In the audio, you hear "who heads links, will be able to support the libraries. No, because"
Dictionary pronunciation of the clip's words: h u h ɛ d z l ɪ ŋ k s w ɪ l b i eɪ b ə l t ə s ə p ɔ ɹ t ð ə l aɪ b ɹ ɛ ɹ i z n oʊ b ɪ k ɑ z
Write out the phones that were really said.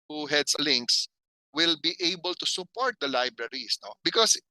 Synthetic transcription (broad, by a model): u h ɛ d s l ɪ ŋ k s w ɪ l b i eɪ b ə l t ə s ə p ɔ ɹ t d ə l aɪ b ɹ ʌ ɹ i s n oʊ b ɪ k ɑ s